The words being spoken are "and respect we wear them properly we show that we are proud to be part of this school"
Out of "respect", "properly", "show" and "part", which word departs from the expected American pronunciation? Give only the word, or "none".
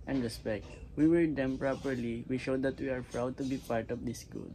none